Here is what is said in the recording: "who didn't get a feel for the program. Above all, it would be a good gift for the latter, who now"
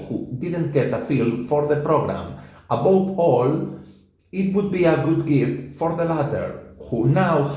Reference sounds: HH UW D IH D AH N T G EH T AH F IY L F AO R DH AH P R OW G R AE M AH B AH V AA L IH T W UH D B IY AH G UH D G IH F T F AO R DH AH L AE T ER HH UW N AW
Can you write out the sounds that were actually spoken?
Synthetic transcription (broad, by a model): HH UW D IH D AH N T G EH T AH F IY L F AO R DH AH P R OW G R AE M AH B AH W AA L IH T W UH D B IY AH G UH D G IH F T F AO R DH AH L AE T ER HH UW N AW